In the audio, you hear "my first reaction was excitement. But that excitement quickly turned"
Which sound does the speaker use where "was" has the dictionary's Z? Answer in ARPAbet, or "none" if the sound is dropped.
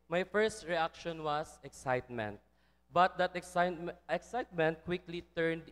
S